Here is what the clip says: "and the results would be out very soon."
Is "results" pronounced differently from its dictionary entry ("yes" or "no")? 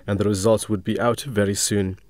no